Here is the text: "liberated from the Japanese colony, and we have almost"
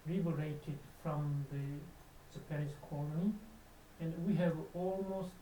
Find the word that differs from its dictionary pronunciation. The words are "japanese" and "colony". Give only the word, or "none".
japanese